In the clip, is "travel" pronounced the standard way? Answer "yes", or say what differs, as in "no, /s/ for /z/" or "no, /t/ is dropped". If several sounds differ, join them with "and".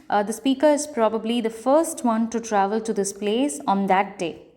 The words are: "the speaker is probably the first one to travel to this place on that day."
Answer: yes